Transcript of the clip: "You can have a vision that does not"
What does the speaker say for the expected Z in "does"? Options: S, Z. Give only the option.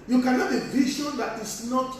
S